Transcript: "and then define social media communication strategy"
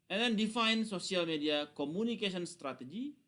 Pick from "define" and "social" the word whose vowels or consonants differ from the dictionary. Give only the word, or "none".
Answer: social